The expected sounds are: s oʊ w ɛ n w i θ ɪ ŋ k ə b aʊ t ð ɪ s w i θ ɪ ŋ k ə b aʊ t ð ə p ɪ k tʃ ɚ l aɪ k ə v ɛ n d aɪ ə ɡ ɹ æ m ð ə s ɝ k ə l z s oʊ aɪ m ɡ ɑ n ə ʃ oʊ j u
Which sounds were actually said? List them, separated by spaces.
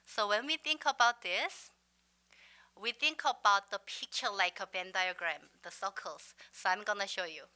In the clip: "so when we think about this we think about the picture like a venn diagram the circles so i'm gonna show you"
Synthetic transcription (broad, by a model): s oʊ w ɛ n w i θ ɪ ŋ k ə b aʊ t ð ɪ s w i θ ɪ ŋ k ə b aʊ t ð ə p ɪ k tʃ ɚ l aɪ k ə b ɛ n d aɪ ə ɡ ɹ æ m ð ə s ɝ k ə l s s oʊ aɪ m ɡ ɑ n ə ʃ oʊ j u